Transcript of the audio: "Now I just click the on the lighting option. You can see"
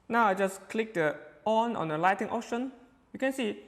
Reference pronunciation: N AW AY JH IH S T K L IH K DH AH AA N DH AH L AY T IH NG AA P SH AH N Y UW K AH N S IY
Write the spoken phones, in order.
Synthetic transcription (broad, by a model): N AW AY JH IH S K L IH K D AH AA N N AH L AY T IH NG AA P SH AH N Y UW K AH N S IY